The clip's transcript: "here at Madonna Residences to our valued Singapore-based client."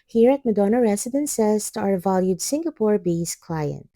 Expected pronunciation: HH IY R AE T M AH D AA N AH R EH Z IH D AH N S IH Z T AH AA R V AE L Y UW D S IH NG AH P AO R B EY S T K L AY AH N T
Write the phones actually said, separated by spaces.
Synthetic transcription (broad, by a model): HH IY R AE T M AH D AA N AH R EH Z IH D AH N S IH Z T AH AA R V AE L Y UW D S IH NG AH P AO R B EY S K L AY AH N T